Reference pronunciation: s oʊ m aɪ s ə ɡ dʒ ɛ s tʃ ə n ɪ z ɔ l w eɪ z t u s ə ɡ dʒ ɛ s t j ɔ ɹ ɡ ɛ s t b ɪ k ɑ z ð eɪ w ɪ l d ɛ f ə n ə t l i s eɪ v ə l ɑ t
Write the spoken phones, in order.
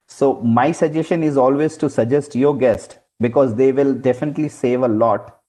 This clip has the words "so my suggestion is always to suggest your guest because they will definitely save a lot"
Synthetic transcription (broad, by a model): s oʊ m aɪ s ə dʒ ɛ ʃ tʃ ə n ɪ z ɔ l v eɪ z t u s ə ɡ dʒ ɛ s t j ɔ ɹ ɡ ɛ s t b ɪ k ɑ z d eɪ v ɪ l d ɛ f ə n ə t l i s eɪ v ə l ɑ t